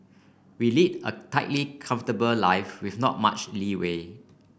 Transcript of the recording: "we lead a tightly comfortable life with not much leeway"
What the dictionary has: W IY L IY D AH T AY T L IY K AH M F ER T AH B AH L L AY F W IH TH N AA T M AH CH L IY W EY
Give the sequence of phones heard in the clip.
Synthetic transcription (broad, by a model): W IY L IY D AH T AY T L IY K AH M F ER T AH B AH L L AY F W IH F N AA T M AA CH L IY W EY